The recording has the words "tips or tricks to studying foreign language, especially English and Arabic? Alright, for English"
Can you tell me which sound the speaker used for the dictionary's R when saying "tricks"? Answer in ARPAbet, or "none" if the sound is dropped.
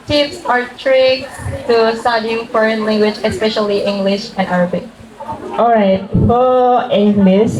R